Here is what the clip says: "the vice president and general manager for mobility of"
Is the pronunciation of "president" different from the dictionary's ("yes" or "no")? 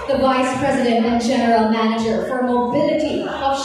no